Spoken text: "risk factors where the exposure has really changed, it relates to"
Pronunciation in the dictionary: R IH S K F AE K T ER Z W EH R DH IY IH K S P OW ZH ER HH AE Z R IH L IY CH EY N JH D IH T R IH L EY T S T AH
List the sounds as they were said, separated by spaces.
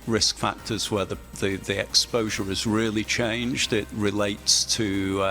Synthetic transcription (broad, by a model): R IH S K F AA K T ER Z W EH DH DH IY IH K S P OW ZH ER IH Z R IH L IY CH EY N JH D IH T R IH L EY T S T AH